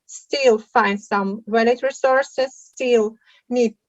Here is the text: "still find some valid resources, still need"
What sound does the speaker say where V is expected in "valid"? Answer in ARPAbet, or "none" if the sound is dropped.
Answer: W